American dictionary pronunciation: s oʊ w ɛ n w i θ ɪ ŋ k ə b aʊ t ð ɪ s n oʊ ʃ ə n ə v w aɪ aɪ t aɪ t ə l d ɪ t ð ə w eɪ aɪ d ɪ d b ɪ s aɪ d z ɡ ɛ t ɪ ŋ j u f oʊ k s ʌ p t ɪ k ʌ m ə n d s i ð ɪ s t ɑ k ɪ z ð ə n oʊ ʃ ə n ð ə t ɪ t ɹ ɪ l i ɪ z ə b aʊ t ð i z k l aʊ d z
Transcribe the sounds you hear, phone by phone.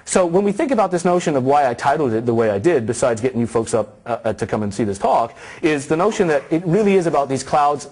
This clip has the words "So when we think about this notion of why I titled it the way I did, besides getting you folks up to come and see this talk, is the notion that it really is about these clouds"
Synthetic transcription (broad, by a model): s oʊ w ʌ n w i θ ɪ ŋ k ə b aʊ t ð ɪ s n oʊ ʃ ə n ə v w aɪ aɪ t aɪ t l d ɪ t ð ə w eɪ aɪ d ɪ d b ɪ s aɪ d z ɡ ɛ t ɪ ŋ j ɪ f oʊ k s ʌ p t ɪ k ʌ m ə n s i ð ɪ s t ɑ k ɪ z ð ə n oʊ ʃ ə n ð ə t ɪ t ɹ ɪ l i ɪ z ə b aʊ t ð i z k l aʊ d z